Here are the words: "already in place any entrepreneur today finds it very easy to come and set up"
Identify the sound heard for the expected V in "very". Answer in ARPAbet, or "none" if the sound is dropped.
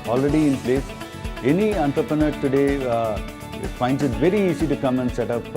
V